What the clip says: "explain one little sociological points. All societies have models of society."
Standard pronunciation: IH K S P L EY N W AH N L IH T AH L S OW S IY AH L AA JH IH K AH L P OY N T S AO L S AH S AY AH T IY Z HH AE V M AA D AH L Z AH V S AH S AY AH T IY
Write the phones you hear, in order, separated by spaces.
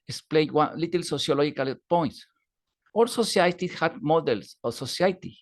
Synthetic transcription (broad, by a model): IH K S P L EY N W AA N L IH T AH L S OW S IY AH L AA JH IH K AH L P OY N T S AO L S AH S AY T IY HH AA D M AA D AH L S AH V S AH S AY T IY